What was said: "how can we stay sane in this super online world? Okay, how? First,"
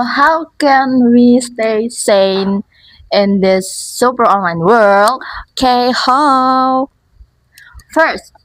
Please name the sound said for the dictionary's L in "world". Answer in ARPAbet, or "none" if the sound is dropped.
L